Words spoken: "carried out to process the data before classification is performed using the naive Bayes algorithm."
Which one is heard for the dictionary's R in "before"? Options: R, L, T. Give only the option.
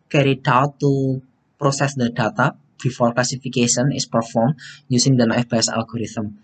L